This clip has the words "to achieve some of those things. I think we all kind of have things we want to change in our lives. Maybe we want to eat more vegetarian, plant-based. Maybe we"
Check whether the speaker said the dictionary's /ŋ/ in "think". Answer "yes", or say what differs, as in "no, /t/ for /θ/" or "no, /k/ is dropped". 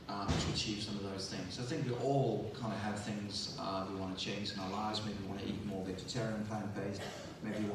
yes